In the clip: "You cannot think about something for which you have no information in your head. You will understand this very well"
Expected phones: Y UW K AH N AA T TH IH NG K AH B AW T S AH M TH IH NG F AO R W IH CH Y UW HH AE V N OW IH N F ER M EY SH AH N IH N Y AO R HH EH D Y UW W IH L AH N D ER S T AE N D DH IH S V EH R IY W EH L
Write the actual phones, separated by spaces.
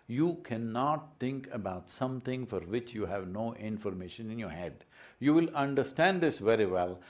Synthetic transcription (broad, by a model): Y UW K AH N AA T T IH NG K AH B AW T S AH M T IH NG F AO R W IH CH Y UW HH AE V N OW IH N F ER M EY SH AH N IH N Y AO R HH EH D Y UW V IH L AH N D ER S T AE N D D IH S V EH R IY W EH L